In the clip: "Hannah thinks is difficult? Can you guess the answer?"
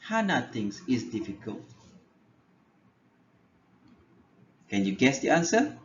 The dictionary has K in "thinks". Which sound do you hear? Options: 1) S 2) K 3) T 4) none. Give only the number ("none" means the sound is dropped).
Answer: 4